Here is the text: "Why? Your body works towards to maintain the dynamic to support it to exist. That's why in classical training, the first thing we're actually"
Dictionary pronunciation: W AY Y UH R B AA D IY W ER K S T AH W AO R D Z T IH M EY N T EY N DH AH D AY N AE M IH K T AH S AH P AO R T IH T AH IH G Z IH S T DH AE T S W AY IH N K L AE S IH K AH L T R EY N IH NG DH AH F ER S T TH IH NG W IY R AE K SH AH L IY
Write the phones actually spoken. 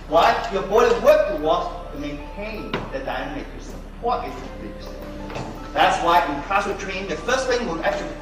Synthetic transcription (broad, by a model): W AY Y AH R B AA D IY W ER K T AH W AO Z T IH M EY N T EY N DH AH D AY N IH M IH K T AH S AH P AO R T IH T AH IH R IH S DH AE T S W AY IH N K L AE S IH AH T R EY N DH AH F ER S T TH IH NG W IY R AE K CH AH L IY